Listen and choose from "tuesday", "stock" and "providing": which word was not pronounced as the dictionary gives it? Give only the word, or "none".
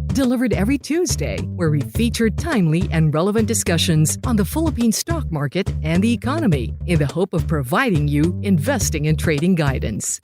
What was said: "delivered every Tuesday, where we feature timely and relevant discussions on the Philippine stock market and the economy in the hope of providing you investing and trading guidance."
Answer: none